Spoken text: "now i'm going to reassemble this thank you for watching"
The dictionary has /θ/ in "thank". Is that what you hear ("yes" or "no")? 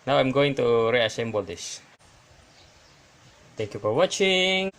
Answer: no